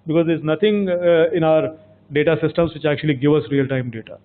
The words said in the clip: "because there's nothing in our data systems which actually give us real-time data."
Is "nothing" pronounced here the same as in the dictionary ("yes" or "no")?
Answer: no